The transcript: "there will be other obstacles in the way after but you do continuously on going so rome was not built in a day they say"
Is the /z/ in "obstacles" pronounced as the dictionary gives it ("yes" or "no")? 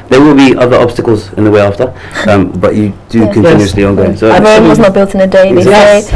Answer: yes